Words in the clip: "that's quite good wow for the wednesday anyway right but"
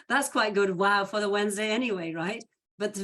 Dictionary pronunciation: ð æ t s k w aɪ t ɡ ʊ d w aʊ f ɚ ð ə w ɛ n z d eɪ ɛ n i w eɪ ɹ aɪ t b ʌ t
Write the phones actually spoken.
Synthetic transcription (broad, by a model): ð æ t s k w aɪ t ɡ ʊ d w aʊ f ɚ ð ə w ɛ n z d eɪ ɛ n i w eɪ ɹ aɪ t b ʌ t